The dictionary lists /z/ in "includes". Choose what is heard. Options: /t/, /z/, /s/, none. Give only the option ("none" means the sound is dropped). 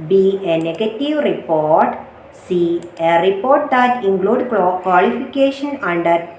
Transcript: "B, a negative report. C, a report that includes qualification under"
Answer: none